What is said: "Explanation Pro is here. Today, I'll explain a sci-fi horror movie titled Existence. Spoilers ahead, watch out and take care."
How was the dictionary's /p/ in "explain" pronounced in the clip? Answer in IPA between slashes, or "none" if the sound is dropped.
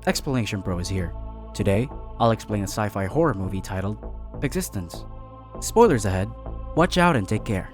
/p/